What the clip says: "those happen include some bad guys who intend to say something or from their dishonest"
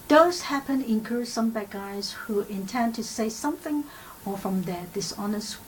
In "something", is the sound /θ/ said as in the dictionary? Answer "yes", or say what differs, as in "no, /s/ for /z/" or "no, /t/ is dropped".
yes